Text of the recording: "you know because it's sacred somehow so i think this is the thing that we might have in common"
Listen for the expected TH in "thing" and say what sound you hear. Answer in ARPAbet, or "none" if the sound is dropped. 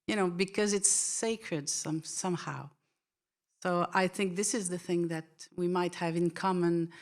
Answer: TH